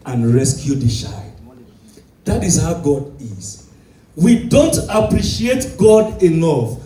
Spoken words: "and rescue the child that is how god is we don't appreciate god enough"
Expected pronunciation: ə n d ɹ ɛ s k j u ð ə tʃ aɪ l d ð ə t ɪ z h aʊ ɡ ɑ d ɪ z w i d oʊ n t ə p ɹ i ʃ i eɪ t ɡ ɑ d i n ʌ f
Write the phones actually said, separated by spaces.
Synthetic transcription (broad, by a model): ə n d ɹ ɛ s k j u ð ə ʃ aɪ d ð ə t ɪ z h aʊ ɡ ɑ d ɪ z w i d oʊ n t ə p ɹ i ʃ i eɪ t ɡ ɑ d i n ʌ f